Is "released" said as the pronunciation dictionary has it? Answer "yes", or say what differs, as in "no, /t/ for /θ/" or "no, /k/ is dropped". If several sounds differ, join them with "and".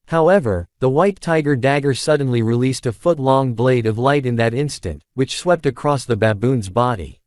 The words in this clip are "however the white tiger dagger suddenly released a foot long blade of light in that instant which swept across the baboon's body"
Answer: yes